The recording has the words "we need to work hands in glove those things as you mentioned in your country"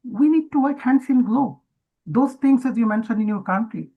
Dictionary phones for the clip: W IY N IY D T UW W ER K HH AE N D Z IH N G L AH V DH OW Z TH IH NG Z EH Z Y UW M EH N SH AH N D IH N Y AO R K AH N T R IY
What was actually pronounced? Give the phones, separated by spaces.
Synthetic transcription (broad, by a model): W IY N IY D T UW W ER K HH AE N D S IH N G L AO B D OW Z T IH NG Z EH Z Y UW M EH N SH AH N D IH N Y AO R K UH N T R IY